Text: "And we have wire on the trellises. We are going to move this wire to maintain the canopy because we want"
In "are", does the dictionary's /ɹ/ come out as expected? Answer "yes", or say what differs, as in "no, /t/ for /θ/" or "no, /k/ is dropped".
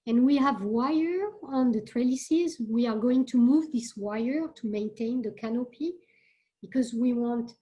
yes